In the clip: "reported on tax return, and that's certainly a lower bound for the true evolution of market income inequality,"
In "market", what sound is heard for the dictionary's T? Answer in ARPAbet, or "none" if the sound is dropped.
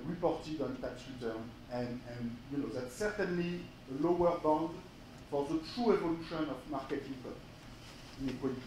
T